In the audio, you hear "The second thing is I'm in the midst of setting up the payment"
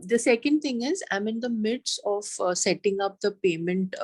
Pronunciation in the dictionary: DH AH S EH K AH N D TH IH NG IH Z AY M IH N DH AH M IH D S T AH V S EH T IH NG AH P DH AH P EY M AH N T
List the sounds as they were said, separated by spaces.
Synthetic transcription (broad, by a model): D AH S EH K AH N D T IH NG IH Z AY M IH N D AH M IH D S AH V S EH T IH NG AH P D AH P EY M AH N T